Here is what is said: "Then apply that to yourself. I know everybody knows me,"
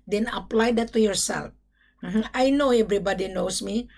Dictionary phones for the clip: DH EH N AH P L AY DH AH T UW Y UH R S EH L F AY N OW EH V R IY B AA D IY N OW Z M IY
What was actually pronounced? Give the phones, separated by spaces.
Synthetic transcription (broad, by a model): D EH N AH P L AY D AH T UW Y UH R S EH L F AY N OW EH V R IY B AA D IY N OW S M IY